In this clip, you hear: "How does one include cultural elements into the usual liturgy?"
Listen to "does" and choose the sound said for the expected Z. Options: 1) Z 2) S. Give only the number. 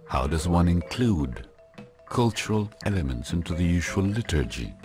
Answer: 1